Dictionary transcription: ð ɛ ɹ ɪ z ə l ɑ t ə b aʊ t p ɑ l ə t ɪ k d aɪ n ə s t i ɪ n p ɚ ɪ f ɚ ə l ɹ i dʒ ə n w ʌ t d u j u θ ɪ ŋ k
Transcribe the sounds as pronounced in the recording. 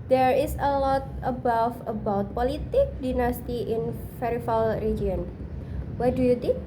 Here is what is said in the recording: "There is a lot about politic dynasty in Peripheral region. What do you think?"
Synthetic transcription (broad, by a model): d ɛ ɹ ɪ s ə l ɑ t ə b aʊ t p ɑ l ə t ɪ k d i n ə s t i ɪ n f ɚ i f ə l ɹ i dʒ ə n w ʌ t d u j u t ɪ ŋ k